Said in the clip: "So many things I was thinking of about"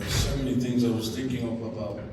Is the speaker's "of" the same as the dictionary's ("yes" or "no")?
no